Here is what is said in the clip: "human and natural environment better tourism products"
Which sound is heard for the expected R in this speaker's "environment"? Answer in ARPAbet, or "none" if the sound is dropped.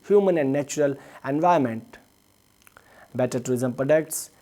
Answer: none